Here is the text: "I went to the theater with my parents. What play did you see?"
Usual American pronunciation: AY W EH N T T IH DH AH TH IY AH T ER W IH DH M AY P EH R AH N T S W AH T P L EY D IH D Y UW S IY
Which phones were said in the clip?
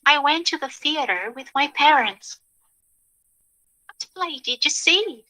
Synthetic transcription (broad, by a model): AY W EH N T T IH DH AH TH IY AH T ER W IH DH M AY P EH R AH N T S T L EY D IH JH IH S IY